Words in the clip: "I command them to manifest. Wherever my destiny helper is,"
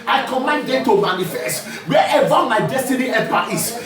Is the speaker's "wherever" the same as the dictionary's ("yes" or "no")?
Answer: no